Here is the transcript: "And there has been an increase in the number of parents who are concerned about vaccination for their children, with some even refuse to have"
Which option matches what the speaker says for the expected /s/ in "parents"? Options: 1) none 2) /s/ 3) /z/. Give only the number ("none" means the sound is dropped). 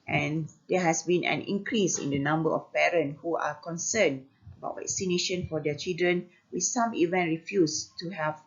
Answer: 1